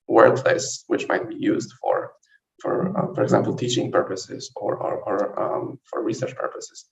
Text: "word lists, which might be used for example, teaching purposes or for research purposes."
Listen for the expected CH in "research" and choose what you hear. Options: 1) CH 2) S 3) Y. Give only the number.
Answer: 1